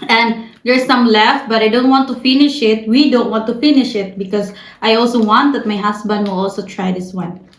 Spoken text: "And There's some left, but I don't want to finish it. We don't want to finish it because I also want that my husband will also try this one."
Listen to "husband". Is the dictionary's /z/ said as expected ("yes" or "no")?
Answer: no